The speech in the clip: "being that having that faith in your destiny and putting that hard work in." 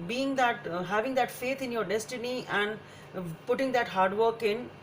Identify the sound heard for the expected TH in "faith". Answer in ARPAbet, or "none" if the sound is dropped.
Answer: T